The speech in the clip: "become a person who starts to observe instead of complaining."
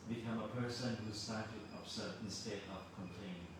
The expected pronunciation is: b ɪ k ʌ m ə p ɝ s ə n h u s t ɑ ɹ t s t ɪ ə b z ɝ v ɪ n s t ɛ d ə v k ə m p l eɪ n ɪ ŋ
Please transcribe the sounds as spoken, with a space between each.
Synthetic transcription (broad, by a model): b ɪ k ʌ m ə p ɝ s ə n h u s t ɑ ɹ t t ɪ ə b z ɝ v ɪ n s t ɛ d ə v k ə m p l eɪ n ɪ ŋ